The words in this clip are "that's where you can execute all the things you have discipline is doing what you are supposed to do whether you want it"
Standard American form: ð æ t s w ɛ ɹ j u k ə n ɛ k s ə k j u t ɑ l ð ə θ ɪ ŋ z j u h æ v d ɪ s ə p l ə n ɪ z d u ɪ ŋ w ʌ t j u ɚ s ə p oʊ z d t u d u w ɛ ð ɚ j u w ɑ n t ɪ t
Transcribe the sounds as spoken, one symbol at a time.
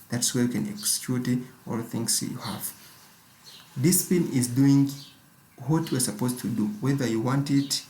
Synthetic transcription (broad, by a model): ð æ t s w ɛ ɹ j u k ə n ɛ k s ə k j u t ɑ l θ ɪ ŋ s j u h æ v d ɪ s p ə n ɪ z d u ɪ ŋ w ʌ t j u ɚ s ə p oʊ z t u d u w ɛ ð ɚ j u w ɑ n t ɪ t